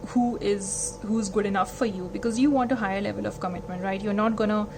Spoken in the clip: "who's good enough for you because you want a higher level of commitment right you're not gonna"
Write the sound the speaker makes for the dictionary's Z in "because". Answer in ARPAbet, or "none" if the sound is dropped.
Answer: Z